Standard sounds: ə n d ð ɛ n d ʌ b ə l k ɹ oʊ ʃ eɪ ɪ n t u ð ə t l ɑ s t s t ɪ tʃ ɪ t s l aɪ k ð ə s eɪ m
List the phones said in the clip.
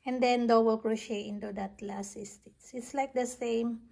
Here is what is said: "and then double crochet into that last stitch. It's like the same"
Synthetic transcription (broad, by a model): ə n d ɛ n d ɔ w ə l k ɹ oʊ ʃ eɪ ɪ n t u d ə t l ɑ s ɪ s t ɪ s ɪ t s l aɪ k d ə s eɪ m